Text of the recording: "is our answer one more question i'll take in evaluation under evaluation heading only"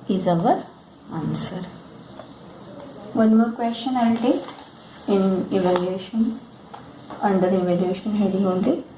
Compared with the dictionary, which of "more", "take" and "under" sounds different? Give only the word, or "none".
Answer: take